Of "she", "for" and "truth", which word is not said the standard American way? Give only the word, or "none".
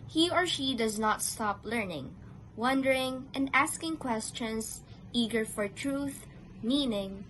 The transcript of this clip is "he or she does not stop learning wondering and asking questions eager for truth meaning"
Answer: none